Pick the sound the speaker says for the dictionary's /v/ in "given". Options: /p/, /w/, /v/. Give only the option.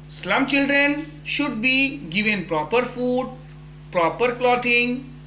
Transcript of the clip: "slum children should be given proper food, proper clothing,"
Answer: /v/